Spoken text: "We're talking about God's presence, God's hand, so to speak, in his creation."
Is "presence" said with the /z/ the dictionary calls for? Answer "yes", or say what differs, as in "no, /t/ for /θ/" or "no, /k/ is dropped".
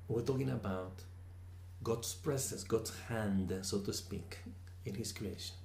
no, /s/ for /z/